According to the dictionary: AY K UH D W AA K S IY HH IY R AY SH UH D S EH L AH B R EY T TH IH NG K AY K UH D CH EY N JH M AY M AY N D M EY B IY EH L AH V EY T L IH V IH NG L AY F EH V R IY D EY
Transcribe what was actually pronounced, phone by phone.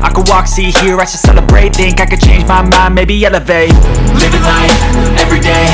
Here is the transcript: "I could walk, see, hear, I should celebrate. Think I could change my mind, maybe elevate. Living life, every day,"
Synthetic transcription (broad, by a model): AY K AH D W AA K S IY HH IY R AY S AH S EH L AH B R EY T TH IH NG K AY K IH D CH EY N JH M AY M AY M EY B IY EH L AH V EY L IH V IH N AY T EH V R IY D EY